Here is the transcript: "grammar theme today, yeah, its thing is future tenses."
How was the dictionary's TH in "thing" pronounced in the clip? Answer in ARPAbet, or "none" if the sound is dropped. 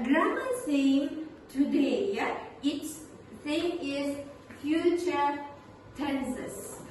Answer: S